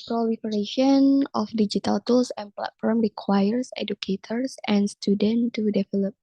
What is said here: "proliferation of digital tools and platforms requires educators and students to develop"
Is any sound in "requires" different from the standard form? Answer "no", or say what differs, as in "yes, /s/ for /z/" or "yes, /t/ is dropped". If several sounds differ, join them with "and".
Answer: yes, /s/ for /z/